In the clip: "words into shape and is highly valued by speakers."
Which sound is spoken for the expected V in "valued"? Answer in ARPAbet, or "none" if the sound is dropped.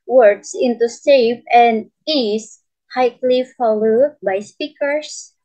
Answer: F